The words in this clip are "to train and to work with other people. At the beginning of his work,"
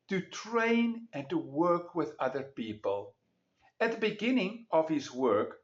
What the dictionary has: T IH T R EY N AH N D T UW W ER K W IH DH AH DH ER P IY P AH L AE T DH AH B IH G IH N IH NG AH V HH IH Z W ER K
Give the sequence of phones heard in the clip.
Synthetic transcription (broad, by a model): T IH T R EY N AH N T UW W ER K W IH DH AH DH ER P IY P AH L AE T DH AH B IH G IH N IH NG AH V HH IH Z W ER K